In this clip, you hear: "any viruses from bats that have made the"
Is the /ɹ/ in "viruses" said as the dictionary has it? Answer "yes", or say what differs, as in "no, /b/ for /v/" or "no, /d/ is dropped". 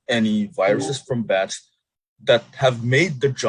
yes